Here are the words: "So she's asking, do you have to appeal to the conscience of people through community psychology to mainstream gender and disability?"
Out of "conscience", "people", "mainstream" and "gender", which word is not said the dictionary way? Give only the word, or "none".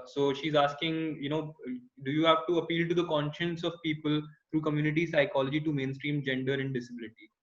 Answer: none